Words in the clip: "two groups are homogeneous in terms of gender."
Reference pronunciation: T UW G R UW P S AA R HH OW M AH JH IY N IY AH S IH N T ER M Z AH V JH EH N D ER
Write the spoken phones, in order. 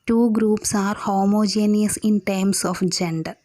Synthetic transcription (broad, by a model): T UW G R UW P S AA R HH OW M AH JH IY N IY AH S IH N T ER M S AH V JH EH N D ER